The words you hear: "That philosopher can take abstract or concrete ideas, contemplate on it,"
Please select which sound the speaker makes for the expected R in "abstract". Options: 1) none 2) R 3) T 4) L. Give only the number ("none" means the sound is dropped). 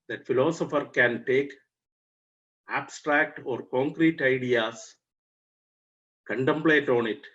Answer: 2